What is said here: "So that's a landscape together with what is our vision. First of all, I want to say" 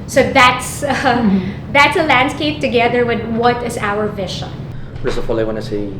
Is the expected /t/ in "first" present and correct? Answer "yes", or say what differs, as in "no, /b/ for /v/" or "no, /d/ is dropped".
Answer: no, /t/ is dropped